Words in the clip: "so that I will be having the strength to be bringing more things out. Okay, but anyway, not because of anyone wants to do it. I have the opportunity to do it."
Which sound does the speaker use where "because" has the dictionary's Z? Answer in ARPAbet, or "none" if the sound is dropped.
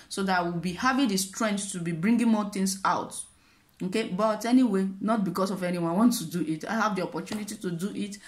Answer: S